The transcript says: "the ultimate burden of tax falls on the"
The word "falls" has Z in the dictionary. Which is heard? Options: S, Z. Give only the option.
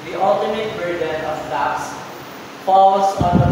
S